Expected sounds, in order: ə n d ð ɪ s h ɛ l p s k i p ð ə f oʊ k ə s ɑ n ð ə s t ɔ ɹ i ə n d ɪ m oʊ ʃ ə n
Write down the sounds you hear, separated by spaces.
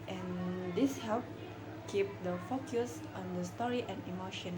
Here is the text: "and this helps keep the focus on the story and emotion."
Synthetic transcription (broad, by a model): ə n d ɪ s h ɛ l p k i p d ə f oʊ k ə s ɑ n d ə s t ɔ ɹ i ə n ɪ m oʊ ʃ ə n